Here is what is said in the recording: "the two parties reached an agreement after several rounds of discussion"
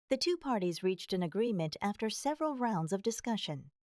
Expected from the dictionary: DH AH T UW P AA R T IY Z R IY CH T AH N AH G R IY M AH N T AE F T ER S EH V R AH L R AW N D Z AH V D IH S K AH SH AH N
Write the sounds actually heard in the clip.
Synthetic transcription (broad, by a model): DH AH T UW P AA R T IY Z R IY CH T AH N AH G R IY M AH N T AE F T ER S EH V R AH L R AW N D Z AH V D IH S K AH SH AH N